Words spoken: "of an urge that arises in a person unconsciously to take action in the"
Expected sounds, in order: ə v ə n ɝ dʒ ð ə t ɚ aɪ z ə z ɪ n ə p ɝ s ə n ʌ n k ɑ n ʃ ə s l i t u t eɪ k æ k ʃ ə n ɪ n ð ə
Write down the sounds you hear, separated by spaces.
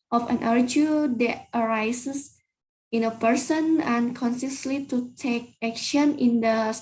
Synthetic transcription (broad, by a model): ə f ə n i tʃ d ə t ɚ aɪ s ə s ɪ n ə p ɝ s ə n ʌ n k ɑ n s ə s l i t u t eɪ k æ k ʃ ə n ɪ n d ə